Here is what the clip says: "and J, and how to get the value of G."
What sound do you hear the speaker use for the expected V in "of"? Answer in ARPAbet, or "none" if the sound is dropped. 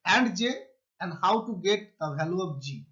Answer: P